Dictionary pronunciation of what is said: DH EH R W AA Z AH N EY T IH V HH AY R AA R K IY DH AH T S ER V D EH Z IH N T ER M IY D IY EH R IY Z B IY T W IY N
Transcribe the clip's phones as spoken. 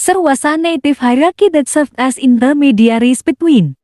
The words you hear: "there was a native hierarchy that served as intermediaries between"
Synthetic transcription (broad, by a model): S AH R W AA S AH N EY T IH F HH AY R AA K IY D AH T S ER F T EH S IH N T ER M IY D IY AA R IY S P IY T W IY N